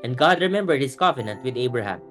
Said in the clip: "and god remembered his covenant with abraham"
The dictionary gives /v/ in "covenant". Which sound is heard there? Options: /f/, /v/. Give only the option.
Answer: /f/